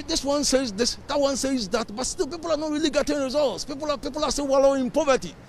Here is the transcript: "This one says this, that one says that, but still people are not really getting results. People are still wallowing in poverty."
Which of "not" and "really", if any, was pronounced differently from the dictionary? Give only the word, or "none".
none